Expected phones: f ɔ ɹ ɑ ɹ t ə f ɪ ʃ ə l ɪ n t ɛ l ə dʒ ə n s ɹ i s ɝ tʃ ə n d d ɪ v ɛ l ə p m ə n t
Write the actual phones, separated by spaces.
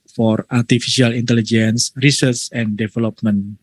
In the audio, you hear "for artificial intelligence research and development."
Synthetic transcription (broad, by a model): f ɔ ɹ ɑ ɹ t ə f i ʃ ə l ɪ n t ɛ l ə dʒ ə n s ɹ i s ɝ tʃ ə n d d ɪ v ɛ l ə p m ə n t